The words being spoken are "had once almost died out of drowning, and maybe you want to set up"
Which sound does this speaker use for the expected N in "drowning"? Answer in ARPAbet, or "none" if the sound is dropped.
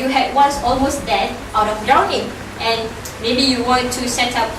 none